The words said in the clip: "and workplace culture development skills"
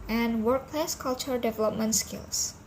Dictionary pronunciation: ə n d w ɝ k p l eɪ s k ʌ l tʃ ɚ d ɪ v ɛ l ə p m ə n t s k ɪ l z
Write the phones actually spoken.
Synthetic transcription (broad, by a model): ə n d w ɝ k p l eɪ s k ʌ l tʃ ɚ d ɪ v ɛ l ə p m ə n t s k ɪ l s